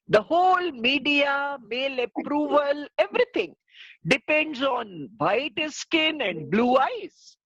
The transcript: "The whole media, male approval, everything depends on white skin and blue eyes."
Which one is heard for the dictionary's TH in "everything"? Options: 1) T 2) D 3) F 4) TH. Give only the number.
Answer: 1